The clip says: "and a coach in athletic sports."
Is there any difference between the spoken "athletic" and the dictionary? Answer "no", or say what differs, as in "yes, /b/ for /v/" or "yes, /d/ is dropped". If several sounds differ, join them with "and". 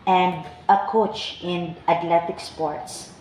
yes, /t/ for /θ/